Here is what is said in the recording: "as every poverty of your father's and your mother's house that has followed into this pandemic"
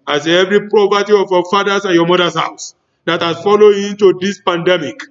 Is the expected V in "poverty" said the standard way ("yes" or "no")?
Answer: no